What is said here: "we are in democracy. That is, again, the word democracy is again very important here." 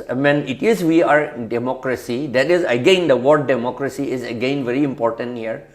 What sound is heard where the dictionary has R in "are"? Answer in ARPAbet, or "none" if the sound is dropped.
W